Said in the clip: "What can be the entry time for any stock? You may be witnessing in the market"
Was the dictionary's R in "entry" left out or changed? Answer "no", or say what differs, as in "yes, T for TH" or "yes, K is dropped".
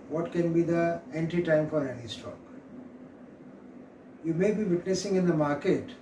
yes, R is dropped